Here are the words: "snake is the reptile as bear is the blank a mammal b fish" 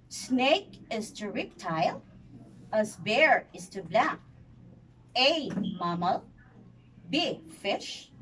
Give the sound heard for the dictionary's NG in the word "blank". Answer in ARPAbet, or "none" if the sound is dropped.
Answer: none